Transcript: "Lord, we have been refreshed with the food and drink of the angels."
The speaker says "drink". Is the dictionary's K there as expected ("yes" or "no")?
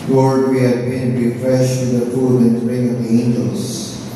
no